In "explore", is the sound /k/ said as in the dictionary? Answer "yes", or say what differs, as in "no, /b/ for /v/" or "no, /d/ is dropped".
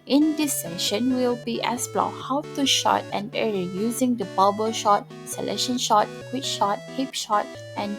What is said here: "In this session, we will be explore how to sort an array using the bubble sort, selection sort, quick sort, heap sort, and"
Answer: no, /k/ is dropped